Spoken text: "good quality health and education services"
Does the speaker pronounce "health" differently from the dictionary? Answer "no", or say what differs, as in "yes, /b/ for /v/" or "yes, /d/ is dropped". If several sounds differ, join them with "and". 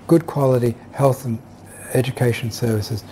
no